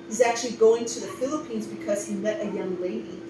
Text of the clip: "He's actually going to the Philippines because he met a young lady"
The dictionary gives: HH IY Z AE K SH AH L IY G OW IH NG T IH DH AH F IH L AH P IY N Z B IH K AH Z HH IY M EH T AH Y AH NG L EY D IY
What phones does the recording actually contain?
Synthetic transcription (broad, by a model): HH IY Z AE K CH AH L IY G OW IH NG T IH DH AH F IH L AH P IY N Z B IH K AH Z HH IY M EH T AH Y AH NG L EY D IY